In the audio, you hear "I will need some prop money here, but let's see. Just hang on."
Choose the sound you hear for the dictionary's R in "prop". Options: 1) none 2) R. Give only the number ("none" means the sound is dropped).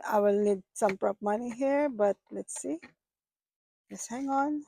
2